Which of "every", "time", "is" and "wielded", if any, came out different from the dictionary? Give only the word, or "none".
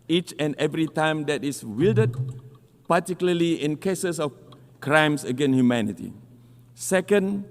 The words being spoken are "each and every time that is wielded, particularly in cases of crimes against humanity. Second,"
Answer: is